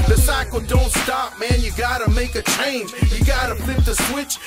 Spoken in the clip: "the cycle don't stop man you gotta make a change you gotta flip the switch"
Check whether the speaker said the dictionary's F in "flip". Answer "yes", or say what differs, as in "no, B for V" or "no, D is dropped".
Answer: no, P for F